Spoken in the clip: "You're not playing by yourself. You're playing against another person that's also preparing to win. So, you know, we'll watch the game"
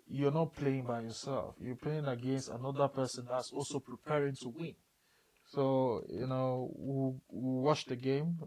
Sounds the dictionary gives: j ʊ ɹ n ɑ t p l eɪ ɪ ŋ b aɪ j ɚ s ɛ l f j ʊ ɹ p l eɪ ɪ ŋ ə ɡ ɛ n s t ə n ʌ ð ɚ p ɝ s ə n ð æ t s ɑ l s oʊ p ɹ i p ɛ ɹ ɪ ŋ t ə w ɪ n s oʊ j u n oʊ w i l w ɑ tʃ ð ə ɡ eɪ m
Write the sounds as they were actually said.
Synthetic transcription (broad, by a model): j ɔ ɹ n ɑ t p l eɪ ɪ ŋ b aɪ j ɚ s ɛ l f j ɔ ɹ p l eɪ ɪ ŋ ə ɡ ɛ n s t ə n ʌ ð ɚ p ɝ s ə n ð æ t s ɑ l s oʊ p ɹ i p ɛ ɹ ɪ ŋ t ə w ɪ n s oʊ j u n oʊ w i w w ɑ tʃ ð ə ɡ eɪ m